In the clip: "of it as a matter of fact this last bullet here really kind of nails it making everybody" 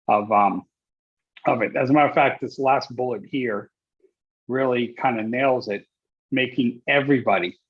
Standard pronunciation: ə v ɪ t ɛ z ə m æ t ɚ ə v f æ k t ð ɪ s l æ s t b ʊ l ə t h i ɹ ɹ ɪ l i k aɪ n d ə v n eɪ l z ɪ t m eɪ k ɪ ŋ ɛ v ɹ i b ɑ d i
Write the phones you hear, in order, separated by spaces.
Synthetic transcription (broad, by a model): ə v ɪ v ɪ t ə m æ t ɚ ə f æ k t ð ɪ s l æ s t b ʊ l ə t h i ɹ ɹ ɪ l i k aɪ n d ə n eɪ l z ɪ t m eɪ k ɪ ŋ ɛ v ɹ i b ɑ d i